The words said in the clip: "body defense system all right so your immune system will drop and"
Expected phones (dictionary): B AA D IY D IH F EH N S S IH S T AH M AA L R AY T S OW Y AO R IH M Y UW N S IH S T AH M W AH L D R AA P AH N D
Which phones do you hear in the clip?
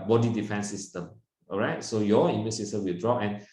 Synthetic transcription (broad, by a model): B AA D IY D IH F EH N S S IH S T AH M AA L R AY T S OW Y AO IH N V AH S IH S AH W AH L D R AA AH N